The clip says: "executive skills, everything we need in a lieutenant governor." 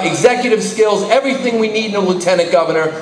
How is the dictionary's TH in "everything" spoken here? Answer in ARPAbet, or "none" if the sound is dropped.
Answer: TH